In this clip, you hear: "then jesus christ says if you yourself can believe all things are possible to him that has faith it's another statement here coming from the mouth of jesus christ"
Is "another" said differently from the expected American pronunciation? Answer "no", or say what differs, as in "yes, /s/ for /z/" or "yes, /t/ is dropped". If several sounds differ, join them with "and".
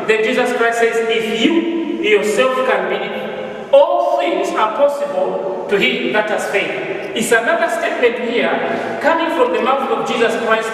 no